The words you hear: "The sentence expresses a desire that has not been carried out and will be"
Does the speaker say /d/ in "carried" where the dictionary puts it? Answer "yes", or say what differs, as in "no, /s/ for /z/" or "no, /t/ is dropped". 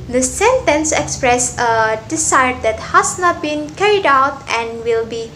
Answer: yes